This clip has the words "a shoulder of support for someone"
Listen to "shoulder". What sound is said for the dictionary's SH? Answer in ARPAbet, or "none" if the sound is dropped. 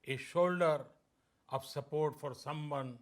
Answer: SH